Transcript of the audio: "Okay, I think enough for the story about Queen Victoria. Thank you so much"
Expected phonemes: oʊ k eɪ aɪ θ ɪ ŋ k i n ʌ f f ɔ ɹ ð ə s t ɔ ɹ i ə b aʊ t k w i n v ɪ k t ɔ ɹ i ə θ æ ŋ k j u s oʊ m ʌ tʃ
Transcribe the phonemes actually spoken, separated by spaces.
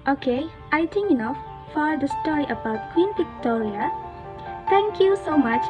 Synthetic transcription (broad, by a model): oʊ k eɪ aɪ t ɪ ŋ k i n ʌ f f ɔ ɹ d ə s t ɔ ɹ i ə b aʊ t k w i n p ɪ k t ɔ ɹ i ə t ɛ ŋ k j u s oʊ m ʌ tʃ